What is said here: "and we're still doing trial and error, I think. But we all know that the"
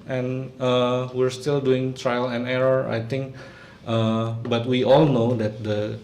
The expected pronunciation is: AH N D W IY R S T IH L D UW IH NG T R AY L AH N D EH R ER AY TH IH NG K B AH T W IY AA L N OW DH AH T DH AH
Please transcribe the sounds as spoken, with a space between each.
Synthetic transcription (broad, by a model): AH N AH W IY R S T IH L D UW IH NG T R AY L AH N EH R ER AY T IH NG K B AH T W IY AA L N OW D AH T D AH